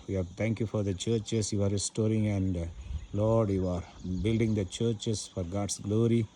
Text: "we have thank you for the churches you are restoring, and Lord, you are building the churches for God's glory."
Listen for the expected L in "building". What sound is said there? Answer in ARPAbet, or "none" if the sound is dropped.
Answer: L